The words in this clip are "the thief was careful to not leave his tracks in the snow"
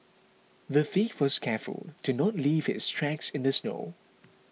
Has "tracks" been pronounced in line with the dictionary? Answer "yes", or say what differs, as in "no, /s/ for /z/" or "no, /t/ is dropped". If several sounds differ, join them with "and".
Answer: yes